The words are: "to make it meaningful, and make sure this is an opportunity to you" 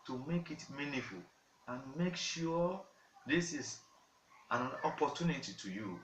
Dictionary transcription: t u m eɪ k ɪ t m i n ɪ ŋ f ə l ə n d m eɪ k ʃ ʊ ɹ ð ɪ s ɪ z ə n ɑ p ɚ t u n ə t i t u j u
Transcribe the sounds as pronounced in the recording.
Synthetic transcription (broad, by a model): t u m eɪ k ɪ t m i n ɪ f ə l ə n m eɪ k ʃ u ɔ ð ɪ s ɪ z ə n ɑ p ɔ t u n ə t i t u j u